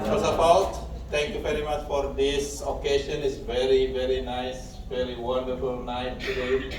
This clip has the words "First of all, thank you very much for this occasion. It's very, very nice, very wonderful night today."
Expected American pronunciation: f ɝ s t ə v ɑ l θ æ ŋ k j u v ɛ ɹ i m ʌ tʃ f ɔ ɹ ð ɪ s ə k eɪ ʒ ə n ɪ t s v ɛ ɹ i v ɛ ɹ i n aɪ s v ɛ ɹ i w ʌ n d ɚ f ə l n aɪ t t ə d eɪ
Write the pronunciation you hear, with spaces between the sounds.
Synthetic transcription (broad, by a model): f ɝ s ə p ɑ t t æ ŋ k j u v ɛ ɹ i m ʌ tʃ f ɔ ɹ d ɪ s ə k eɪ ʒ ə n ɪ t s v ɛ ɹ i v ɛ ɹ i n aɪ s v ɛ ɹ i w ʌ n d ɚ f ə l n aɪ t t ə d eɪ